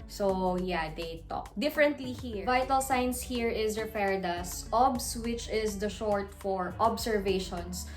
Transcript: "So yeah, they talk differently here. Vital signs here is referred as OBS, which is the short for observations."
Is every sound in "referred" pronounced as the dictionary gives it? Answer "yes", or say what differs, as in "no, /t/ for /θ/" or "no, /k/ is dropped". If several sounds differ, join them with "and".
no, /p/ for /f/